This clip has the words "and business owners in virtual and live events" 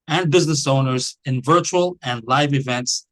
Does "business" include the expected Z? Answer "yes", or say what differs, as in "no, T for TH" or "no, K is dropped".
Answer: yes